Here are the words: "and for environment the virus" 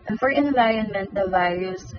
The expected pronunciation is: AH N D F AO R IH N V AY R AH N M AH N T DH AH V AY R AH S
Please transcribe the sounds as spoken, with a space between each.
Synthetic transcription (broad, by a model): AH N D F AO R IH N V AY AH N M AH N T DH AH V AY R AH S